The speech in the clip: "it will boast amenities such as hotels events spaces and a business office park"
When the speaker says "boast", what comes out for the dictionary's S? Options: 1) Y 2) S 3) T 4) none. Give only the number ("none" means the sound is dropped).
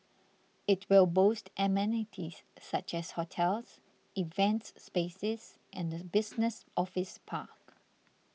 2